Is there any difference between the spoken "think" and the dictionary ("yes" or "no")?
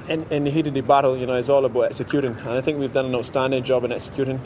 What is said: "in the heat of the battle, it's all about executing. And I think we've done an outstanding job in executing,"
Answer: no